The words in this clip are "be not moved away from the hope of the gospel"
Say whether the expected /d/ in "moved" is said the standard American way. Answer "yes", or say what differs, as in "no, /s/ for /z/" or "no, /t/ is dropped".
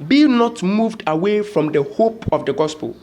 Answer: yes